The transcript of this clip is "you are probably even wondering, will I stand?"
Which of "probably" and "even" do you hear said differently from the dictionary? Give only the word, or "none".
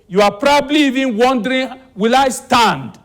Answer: none